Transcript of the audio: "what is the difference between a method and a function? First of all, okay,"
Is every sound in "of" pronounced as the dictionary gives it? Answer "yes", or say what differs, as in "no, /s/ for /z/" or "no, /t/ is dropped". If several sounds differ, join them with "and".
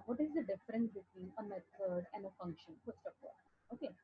no, /p/ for /v/